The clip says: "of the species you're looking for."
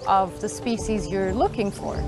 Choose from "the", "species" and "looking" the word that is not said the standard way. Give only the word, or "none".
none